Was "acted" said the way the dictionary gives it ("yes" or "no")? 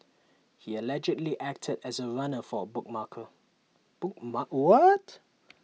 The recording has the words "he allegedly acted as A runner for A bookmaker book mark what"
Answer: yes